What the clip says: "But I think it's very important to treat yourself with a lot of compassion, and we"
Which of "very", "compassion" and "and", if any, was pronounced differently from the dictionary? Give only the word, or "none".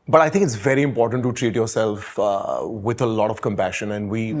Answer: none